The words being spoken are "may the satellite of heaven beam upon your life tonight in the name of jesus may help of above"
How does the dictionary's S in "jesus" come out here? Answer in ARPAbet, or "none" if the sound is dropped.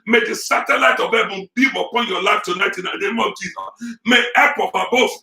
none